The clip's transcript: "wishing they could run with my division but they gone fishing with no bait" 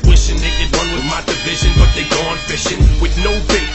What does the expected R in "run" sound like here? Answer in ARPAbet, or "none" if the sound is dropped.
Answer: W